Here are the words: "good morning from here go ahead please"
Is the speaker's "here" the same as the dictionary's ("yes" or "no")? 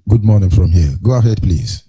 no